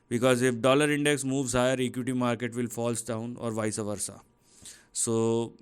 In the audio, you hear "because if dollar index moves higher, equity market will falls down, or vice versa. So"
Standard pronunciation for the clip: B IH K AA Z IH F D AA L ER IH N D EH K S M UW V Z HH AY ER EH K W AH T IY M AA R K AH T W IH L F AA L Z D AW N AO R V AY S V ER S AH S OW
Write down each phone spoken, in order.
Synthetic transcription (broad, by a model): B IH K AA Z IH F D AA L ER IH N D EH K S M UW V Z HH AY ER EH K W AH T IY M AA R K AH T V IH L F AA L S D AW N AO R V AY S V ER S AH S OW